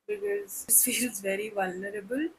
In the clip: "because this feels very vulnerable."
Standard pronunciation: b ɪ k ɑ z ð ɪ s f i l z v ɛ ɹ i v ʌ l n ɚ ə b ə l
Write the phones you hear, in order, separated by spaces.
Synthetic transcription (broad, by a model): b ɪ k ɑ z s f i l z v ɛ ɹ i v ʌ l n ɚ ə b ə l